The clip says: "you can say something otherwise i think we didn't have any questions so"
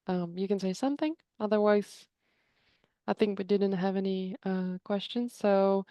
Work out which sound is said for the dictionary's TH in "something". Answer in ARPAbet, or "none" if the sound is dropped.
TH